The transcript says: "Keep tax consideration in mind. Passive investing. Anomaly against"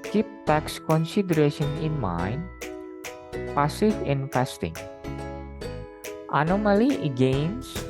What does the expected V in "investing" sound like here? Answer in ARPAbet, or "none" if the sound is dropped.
F